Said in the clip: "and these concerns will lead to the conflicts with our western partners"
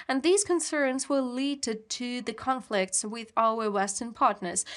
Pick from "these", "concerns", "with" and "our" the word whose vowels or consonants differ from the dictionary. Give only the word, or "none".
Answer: none